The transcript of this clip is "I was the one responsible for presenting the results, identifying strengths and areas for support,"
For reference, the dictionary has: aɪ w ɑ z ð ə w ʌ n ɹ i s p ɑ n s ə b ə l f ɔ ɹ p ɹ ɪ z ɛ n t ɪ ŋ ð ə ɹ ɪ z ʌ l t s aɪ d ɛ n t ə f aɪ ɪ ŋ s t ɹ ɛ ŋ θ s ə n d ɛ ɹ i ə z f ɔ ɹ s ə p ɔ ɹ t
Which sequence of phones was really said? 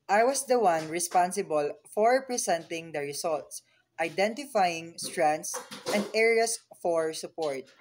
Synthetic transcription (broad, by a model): aɪ w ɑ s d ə w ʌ n ɹ i s p ɑ n s ə b ə l f ɔ ɹ p ɹ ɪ s ɛ n t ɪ ŋ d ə ɹ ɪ s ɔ l t s aɪ d ɛ n t ə f aɪ ɪ ŋ s t ɹ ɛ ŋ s ə n d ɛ ɹ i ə s f ɔ ɹ s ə p ɔ ɹ t